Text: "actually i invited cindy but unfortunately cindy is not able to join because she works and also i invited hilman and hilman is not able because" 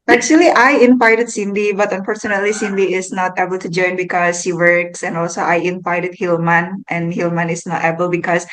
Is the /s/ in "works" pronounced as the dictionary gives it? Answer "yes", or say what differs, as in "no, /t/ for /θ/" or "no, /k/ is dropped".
yes